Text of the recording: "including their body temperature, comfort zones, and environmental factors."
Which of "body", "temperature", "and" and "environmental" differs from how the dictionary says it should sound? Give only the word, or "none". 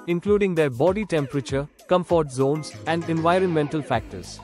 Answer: none